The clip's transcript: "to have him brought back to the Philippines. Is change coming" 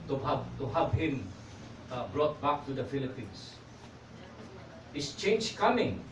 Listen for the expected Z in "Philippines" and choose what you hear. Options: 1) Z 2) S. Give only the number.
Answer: 2